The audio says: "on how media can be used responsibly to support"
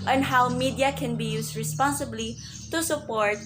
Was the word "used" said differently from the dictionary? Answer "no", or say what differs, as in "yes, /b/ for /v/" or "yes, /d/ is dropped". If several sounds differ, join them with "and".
yes, /s/ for /z/